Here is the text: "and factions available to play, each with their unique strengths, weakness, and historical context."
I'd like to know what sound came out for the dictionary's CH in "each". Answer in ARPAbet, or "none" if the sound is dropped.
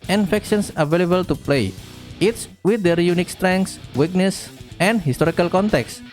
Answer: S